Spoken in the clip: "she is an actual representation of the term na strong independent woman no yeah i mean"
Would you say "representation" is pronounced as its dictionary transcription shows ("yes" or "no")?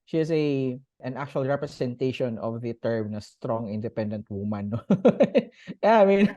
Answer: no